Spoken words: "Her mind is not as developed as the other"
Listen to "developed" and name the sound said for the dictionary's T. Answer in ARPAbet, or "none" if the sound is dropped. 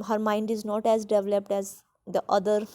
T